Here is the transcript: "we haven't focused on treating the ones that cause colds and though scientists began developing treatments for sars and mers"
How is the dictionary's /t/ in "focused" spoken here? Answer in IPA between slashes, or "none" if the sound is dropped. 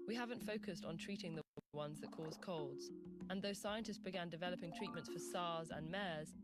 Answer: /t/